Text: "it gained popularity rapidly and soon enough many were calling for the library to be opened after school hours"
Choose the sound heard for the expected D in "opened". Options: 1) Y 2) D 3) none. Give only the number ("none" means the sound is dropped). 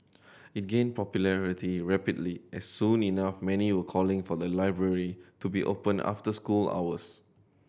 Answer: 3